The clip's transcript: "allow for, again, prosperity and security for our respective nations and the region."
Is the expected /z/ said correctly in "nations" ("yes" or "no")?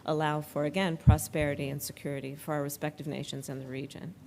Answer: yes